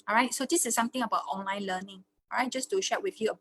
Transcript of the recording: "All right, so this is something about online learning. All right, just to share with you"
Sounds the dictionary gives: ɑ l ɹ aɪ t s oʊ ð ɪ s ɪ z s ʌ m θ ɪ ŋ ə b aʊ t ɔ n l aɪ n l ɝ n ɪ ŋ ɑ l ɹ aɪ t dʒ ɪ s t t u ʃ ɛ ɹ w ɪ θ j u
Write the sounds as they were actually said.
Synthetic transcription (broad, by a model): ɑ ɹ aɪ t s oʊ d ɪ s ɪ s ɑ m t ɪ ŋ ə b aʊ t ɔ n l aɪ n l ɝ n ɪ ŋ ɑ ɹ aɪ t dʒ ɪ s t t u ʃ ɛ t w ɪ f j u